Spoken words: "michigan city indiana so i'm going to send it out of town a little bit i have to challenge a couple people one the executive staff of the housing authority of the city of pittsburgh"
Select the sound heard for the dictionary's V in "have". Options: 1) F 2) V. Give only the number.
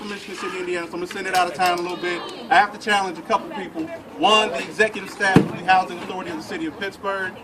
1